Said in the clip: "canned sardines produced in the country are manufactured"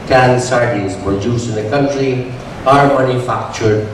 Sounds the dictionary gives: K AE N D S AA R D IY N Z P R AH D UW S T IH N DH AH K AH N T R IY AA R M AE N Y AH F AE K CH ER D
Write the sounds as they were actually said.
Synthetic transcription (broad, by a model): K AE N S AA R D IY Z P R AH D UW S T IH N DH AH K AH N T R IY AA R M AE N Y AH F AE K CH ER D